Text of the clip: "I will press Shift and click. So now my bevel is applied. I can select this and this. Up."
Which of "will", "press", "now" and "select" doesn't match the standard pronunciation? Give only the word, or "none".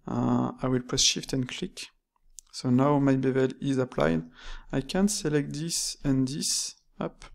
press